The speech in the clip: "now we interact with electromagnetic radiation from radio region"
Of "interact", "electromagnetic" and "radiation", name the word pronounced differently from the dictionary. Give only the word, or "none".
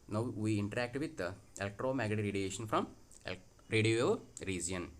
electromagnetic